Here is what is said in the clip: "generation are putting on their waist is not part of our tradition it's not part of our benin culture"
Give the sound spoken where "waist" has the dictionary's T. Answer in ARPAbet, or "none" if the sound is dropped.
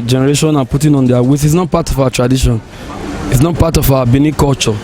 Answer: none